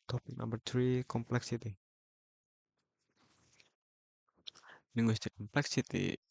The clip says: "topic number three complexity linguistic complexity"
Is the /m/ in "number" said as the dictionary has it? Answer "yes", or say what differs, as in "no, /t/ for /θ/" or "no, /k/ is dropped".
no, /m/ is dropped